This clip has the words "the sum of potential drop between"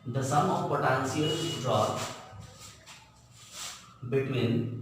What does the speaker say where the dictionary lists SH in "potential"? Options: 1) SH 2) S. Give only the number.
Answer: 2